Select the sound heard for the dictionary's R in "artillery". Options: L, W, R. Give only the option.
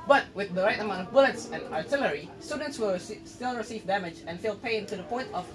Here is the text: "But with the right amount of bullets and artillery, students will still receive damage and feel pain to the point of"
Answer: R